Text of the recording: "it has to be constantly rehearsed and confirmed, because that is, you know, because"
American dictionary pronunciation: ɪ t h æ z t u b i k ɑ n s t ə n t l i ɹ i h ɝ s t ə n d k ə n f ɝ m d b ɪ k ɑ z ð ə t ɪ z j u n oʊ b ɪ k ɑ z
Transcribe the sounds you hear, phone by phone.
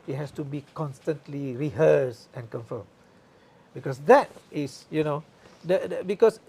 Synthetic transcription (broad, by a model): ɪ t h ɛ s t u b i k ɑ n s t ə n t l i ɹ i h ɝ s ə n k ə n f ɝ m b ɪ k ɑ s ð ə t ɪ s j u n oʊ b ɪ k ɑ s